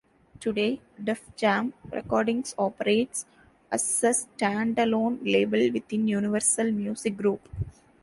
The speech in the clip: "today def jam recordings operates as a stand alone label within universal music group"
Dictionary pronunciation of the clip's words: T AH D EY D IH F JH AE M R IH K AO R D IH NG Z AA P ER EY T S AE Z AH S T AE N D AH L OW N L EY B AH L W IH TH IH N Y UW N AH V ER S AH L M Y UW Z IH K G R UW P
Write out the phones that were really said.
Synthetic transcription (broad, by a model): T AH D EY D IH F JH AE M R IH K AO R D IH NG S AA P ER EY T S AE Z AH S T AE N D AH L OW N L EY B AH L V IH T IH N Y UW N AH V ER S AH L M Y UW S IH K G R UW P